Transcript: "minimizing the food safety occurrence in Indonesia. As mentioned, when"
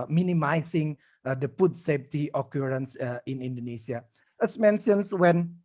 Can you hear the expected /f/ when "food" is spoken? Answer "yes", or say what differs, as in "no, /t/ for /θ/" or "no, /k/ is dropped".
no, /p/ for /f/